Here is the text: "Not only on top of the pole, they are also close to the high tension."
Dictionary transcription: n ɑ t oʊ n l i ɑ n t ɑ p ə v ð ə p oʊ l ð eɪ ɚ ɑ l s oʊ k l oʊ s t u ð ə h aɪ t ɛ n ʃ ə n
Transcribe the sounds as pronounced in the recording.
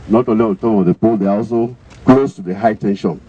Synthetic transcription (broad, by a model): n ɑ t oʊ n l i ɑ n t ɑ ə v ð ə p oʊ l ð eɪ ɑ ɑ l s oʊ k l oʊ s t u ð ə h aɪ t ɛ n ʃ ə n